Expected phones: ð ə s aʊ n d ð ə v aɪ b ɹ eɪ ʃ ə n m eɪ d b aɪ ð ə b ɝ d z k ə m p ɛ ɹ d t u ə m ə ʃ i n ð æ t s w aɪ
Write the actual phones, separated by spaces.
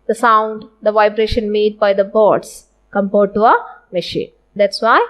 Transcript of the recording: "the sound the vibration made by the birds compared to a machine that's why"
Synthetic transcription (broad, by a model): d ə s aʊ n d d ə v aɪ b ɹ eɪ ʃ ə n m eɪ d b aɪ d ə b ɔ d s k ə m p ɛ ɹ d t u ə m ə ʃ i n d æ t s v aɪ